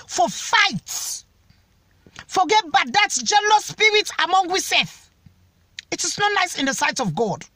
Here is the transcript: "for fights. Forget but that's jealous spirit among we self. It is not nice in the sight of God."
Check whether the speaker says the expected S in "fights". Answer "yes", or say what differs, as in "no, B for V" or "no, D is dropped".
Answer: no, S is dropped